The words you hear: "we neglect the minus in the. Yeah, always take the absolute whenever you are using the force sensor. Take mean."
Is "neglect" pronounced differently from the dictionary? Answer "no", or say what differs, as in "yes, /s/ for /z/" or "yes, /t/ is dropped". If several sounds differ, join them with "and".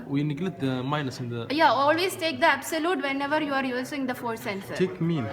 yes, /k/ is dropped